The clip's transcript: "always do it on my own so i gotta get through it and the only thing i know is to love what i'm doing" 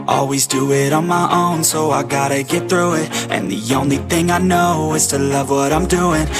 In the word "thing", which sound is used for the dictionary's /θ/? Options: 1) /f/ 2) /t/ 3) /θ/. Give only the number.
3